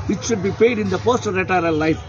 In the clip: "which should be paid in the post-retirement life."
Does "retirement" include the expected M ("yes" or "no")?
no